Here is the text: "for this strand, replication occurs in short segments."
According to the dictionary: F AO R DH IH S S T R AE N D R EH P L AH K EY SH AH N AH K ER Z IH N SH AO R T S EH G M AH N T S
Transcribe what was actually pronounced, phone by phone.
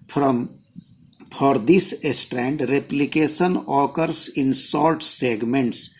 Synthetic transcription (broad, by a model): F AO R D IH S S T R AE N D R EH P L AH K EY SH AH N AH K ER S IH N S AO L T S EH G M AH N T S